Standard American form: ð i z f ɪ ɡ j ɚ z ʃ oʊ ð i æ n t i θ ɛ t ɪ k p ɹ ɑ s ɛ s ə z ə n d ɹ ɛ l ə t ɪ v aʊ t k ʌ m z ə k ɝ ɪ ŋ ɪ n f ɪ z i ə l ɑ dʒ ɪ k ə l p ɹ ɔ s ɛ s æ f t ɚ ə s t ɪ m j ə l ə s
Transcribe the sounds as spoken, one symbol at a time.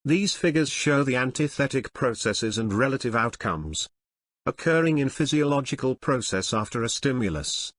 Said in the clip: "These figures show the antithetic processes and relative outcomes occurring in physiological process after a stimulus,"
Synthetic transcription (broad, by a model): ð i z f ɪ ɡ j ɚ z ʃ oʊ ð i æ n t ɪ θ ɛ t ɪ k p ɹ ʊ s ɛ s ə z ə n ɹ ɛ l ə t ɪ v aʊ t k ʌ m z ə k ɝ ɪ ŋ ɪ n f ɪ z i ə l ɑ dʒ ɪ k ə l p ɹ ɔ s ɛ s æ f t ɚ ə s t ɪ m j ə l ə s